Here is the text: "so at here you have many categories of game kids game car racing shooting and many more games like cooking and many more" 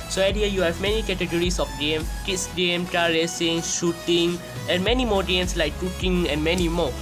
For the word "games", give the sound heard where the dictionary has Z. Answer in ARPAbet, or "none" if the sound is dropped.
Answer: S